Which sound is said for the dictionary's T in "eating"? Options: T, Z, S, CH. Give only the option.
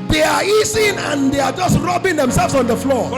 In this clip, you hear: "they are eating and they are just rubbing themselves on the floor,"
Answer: S